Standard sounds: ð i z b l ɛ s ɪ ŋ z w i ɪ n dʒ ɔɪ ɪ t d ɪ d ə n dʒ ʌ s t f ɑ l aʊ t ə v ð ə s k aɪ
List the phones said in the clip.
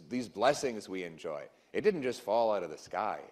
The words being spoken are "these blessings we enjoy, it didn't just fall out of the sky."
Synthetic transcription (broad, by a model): ð i z b l ɛ s ɪ ŋ z w i ɪ n dʒ ɔɪ ɪ t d ɪ d n dʒ ʌ s t f ɑ l aʊ t ə v ð ə s k aɪ